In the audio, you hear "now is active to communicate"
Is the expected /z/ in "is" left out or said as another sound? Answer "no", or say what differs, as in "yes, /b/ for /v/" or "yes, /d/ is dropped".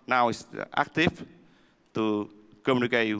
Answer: yes, /s/ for /z/